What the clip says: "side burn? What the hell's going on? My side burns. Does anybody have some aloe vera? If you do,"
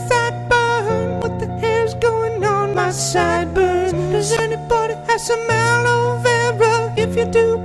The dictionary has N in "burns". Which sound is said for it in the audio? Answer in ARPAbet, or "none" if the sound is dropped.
none